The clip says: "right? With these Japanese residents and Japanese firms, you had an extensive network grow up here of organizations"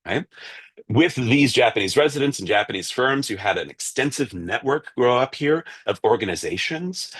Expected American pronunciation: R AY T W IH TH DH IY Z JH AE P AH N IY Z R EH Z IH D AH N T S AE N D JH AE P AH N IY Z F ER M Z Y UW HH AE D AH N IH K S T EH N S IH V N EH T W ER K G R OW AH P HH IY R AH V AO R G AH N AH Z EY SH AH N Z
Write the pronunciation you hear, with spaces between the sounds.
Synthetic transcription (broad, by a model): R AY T W IH DH IY Z JH AE P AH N IY Z R EH Z IH D AH N T S N JH AE P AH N IY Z F ER M Z Y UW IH D AH N IH K S T EH N S IH V N EH T W ER K G R OW AH P HH IY R AH V AO R G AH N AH Z EY SH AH N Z